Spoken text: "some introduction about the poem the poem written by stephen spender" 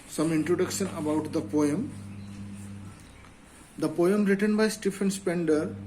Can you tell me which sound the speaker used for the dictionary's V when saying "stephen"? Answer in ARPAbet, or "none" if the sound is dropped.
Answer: F